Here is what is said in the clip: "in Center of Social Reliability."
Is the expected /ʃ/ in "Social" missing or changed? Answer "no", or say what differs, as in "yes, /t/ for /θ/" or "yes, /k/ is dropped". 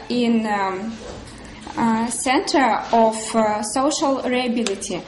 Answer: no